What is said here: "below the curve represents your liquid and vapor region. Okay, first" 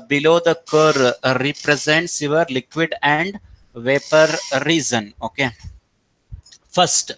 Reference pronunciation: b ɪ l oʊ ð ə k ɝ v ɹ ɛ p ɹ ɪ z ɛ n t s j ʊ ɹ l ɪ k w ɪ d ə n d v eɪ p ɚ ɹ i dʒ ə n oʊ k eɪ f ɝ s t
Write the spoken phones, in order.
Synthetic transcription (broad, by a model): b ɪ l oʊ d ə k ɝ ɹ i p ɹ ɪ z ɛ n t s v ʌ ɹ l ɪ k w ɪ d ə n d v eɪ p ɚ ɹ i z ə n oʊ k eɪ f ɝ s t